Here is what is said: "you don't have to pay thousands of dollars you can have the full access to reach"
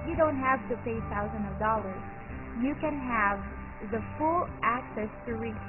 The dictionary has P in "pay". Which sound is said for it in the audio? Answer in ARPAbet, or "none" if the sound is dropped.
P